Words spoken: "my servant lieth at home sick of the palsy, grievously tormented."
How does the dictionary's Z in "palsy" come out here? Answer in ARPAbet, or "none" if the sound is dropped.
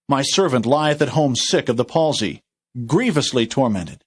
Z